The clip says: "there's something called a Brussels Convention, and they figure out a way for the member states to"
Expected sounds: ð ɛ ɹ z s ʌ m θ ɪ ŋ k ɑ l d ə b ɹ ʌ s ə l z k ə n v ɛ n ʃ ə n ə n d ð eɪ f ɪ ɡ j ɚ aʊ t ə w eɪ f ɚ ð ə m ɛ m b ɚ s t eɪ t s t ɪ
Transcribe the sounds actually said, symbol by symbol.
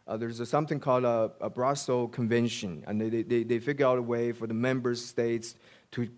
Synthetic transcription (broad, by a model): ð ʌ ɹ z s ʌ m θ ɪ ŋ k ɑ l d ə b ɹ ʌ s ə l k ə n v ɛ n ʃ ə n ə n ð ð eɪ f ɪ ɡ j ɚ aʊ t ə w eɪ f ɚ ð ə m ɛ m b ɚ s t eɪ t s t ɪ